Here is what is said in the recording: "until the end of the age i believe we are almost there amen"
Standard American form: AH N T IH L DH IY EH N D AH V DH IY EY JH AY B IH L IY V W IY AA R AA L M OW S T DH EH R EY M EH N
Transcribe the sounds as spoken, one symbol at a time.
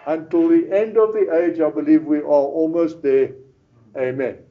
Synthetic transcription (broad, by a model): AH N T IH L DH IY EH N D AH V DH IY EY JH AY B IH L IY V W IY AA L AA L M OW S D EH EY M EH N